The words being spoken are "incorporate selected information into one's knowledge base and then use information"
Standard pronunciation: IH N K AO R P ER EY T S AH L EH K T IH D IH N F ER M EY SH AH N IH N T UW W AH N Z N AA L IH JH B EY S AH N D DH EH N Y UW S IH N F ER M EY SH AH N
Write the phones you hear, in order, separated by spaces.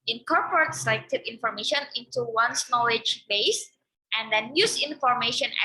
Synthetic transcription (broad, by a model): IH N K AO R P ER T S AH IH T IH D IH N F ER M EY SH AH N IH N T UW W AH N S N AA L IH JH B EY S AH N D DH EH N Y UW S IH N F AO M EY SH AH N